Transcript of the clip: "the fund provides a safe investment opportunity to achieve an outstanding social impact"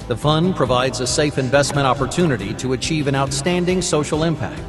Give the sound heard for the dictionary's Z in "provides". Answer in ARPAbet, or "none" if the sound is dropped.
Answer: Z